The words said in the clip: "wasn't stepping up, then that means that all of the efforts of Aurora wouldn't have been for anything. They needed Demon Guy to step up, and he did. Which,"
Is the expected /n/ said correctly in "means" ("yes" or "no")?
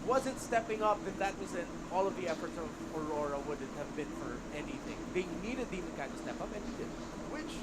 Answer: no